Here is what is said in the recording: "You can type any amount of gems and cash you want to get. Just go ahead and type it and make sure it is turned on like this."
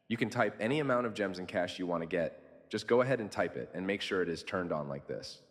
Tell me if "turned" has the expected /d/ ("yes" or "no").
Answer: yes